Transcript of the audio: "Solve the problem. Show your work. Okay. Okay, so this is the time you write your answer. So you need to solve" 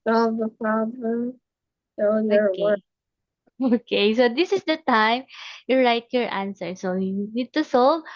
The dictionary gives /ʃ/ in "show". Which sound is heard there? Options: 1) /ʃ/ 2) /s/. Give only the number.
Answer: 2